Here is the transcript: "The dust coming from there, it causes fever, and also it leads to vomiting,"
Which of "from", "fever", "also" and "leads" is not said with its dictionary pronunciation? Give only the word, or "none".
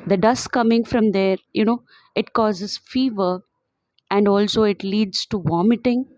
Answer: none